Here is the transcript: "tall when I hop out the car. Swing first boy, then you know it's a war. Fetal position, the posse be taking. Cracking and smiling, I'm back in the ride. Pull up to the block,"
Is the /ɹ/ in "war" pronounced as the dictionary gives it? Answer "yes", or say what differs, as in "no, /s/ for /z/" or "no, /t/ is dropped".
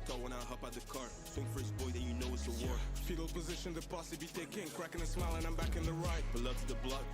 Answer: yes